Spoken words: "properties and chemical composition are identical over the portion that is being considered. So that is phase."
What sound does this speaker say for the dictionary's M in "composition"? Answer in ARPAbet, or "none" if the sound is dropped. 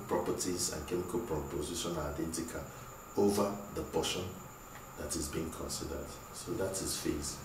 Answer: none